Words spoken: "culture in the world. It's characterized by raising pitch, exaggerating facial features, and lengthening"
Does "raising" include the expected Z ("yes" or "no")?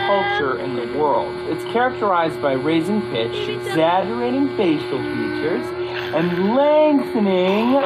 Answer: yes